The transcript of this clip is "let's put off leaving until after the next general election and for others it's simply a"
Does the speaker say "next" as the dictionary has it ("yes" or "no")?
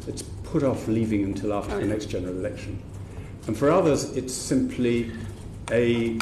yes